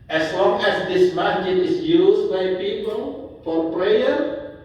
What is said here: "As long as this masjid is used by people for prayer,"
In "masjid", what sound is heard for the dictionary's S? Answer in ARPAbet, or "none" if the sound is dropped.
none